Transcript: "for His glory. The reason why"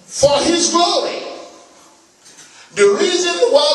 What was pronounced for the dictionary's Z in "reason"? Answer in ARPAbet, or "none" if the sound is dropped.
Z